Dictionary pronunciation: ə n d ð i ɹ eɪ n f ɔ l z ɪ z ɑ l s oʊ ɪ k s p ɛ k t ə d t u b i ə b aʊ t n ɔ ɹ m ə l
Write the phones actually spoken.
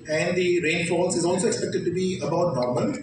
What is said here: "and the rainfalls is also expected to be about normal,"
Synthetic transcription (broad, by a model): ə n d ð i ɹ eɪ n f ɔ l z ɪ z ɑ l s oʊ ɪ k s p ɛ k t ə d t u b i ə b aʊ t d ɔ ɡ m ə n